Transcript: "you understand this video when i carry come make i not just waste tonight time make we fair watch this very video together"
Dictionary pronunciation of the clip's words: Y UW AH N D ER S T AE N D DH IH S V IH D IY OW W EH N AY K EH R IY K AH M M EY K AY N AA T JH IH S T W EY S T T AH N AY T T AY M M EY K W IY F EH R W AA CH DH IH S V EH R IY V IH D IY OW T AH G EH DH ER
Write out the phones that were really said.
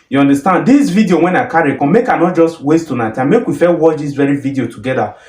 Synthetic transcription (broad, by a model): Y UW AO N D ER S T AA N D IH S V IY D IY OW W EH N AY K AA R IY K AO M M EY K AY N AA T JH IH S T W EY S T T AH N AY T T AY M M EY K W IY F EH L W AA CH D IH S V EH R IY V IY D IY OW T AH G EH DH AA